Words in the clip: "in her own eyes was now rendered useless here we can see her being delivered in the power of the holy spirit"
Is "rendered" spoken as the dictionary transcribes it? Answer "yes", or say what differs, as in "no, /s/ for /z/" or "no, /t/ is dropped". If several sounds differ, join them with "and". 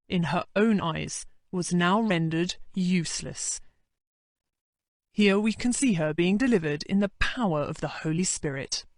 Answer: yes